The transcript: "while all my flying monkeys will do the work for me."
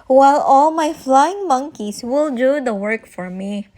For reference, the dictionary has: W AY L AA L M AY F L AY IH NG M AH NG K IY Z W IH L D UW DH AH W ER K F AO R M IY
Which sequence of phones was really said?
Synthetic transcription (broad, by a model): W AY L AA L M AY F L AY IH NG M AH NG K IY S W IH L D UW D AH W ER K F AO R M IY